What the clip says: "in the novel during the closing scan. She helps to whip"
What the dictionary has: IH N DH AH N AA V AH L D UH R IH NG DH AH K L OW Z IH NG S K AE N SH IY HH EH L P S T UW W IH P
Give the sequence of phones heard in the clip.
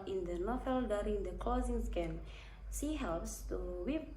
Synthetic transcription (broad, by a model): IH N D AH N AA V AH L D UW R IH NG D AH K L OW Z IH NG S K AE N S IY HH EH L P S T UW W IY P